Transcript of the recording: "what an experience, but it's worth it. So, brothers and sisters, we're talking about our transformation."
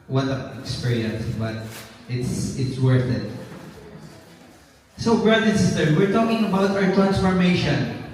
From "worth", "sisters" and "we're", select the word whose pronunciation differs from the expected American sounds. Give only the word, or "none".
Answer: sisters